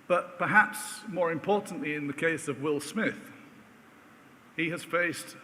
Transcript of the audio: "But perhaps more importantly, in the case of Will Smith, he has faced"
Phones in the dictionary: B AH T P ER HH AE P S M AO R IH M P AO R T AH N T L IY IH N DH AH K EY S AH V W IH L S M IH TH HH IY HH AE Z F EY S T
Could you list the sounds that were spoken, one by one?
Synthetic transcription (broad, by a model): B AH T P ER HH AE P S M AO R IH M P AO R T N T L IY IH N DH AH K EY S AH V W IH L S M IH TH HH IY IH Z F EY S T